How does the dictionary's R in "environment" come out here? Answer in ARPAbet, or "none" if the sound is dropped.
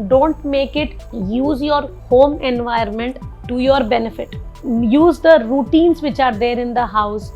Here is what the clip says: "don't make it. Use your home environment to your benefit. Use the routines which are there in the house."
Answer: none